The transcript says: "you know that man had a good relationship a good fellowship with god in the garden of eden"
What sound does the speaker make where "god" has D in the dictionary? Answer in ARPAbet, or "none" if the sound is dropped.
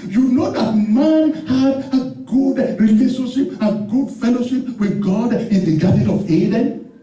D